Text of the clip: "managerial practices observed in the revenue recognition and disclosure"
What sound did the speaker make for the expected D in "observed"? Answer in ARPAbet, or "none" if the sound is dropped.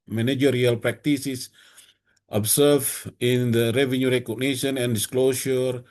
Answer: none